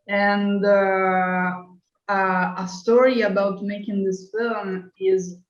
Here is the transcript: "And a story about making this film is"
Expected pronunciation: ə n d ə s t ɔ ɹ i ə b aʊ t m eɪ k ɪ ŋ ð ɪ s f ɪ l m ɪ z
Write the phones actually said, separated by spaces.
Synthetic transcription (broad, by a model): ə n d ə s t ɔ ɹ i ə b aʊ t m eɪ k ɪ ŋ ð ɪ s f ɪ l m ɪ z